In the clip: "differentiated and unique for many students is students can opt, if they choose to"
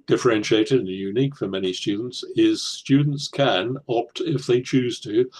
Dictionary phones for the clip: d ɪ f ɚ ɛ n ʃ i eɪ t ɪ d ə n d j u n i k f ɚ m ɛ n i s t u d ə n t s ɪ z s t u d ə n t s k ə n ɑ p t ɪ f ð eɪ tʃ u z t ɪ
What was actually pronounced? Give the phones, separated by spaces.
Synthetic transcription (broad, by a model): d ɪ f ɚ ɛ n ʃ i eɪ t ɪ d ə n j u n i k f ɚ m ɛ n i s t u d n t s ɪ z s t u d n t s k ə n ɑ p t ɪ f ð eɪ tʃ u z t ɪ